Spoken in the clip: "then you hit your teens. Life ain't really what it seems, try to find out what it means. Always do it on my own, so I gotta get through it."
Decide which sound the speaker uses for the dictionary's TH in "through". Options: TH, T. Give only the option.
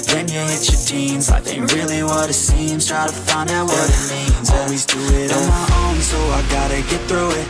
TH